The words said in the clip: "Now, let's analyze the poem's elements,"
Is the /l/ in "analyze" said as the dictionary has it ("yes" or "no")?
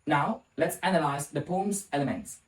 yes